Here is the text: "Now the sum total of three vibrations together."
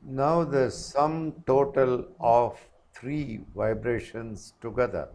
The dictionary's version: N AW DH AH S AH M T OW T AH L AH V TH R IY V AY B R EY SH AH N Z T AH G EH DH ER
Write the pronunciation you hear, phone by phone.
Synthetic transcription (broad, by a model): N AW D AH S AH M T OW T AH L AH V T R IY V AY B R EY SH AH N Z T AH G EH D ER